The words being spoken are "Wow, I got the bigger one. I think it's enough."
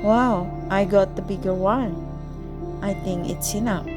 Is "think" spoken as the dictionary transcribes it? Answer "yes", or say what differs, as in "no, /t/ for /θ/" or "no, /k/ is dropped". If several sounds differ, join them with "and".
yes